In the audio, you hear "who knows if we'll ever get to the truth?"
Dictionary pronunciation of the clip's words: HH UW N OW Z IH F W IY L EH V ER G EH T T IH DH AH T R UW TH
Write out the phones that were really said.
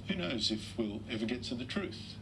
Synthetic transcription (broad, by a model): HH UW N OW Z IH F W IY L EH V ER G EH T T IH DH AH T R UW TH